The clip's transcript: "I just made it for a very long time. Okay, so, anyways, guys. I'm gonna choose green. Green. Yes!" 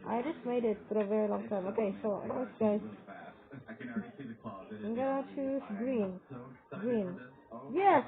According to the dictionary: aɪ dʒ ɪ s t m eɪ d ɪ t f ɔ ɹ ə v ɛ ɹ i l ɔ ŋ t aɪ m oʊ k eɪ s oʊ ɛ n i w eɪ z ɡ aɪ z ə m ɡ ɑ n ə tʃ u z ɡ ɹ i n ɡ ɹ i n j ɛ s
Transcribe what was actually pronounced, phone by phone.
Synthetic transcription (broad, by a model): aɪ dʒ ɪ s m eɪ d ɪ t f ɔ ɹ ə v ɛ ɹ i l ɔ ŋ t aɪ m oʊ k eɪ s oʊ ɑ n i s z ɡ aɪ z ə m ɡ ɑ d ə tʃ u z ɡ ɹ i n ɡ ɹ i n j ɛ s